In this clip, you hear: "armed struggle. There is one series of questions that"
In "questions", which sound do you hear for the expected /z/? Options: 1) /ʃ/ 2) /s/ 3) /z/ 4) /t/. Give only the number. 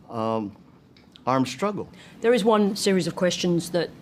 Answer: 3